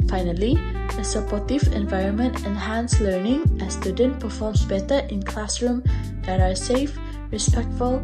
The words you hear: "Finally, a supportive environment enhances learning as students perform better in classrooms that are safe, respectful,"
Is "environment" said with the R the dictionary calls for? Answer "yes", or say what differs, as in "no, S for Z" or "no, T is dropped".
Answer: yes